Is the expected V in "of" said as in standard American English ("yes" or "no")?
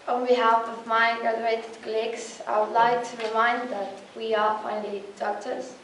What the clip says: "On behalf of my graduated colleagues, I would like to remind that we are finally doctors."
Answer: yes